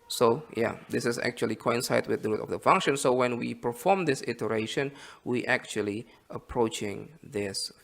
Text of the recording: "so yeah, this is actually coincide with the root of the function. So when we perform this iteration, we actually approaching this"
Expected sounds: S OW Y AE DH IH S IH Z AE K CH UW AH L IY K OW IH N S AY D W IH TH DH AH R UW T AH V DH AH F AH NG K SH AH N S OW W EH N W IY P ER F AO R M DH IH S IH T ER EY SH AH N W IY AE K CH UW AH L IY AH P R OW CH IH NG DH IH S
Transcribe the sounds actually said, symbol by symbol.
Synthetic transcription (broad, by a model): S OW Y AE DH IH S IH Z AE K CH UW AH L IY K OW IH N S AY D W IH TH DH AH R UW T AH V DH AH F AH NG K SH AH N S OW W EH N W IY P ER F AO R M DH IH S IH T ER EY SH AH N W IY AE K CH UW AH L IY AH P R OW CH IH NG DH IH S